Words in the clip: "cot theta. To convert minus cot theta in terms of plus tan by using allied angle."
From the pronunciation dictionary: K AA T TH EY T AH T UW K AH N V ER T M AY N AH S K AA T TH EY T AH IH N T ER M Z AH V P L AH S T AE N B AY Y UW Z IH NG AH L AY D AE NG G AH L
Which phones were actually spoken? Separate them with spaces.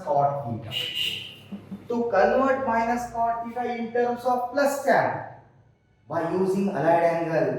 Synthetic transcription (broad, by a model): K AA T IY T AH T UW K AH L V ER T M AY N AH S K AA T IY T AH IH N T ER M S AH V P L AH S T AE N B AY Y UW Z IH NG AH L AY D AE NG G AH L